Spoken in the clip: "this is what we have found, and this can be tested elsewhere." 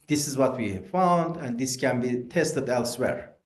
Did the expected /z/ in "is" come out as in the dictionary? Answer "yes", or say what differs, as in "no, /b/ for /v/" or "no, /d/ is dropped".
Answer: yes